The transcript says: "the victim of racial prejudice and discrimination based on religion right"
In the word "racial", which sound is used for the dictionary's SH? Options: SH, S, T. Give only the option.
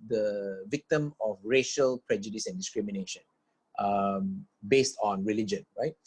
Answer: SH